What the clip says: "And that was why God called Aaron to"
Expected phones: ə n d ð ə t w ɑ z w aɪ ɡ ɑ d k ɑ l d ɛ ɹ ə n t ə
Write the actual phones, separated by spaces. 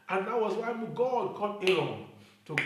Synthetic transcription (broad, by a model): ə n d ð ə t w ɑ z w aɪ ɡ ɑ d k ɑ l ɛ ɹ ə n t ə